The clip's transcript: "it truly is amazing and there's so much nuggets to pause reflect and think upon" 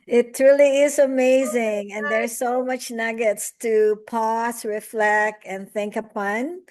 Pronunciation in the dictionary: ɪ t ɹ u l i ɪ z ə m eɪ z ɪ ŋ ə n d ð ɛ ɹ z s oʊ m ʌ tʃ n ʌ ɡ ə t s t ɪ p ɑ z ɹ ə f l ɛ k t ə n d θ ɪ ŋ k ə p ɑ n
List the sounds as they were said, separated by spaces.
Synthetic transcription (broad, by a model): ɪ t ɹ u l i ɪ z ə m eɪ z ɪ ŋ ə n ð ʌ ɹ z s oʊ m ʌ tʃ n ʌ ɡ ə t s t ɪ p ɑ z ɹ ə f l ɛ k t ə n θ ɪ ŋ k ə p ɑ n